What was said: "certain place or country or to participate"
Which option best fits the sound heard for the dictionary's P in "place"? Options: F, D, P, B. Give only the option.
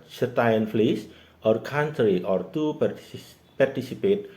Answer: F